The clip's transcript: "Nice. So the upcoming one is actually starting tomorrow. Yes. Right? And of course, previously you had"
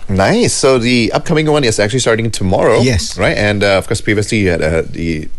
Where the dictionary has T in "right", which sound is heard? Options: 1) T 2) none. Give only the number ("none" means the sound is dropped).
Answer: 1